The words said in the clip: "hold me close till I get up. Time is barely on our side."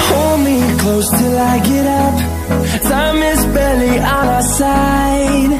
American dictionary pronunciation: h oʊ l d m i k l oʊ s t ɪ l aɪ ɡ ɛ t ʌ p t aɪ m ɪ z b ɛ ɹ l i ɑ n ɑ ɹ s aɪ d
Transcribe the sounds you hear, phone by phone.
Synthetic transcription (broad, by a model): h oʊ l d m i k l oʊ s t ɪ l aɪ ɡ ɛ t ʌ p s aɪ m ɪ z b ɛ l i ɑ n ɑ s aɪ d